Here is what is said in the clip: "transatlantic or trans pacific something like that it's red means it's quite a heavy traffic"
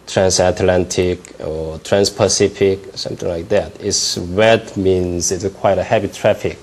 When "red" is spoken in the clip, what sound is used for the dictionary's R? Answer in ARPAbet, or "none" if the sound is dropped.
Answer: W